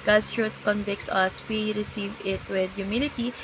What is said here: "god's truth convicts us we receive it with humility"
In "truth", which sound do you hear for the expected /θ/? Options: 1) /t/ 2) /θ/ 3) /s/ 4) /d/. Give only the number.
1